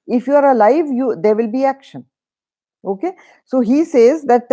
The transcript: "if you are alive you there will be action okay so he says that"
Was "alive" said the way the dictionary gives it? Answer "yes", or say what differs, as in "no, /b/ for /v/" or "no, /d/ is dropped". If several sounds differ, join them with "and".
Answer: yes